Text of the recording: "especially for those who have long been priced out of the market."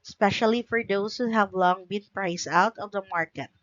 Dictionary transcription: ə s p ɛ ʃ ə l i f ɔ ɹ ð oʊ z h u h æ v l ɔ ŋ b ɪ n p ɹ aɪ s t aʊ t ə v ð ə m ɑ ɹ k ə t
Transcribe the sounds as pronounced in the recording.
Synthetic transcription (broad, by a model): s p ɛ ʃ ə l i f ɔ ɹ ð oʊ s h u h æ v l ɔ ŋ b ɪ n p ɹ aɪ s aʊ t ə v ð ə m ɑ ɹ k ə t